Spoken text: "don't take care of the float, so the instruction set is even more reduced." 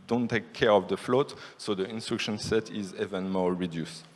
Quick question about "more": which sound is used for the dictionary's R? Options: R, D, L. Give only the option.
L